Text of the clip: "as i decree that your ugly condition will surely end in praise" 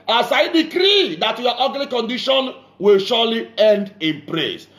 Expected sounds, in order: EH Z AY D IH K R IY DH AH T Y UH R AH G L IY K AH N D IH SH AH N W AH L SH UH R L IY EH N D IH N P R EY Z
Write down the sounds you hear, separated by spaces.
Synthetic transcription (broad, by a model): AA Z AY D IH K R IY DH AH T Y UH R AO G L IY K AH N D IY SH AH N W AH L SH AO L IY EH N D IH N P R EY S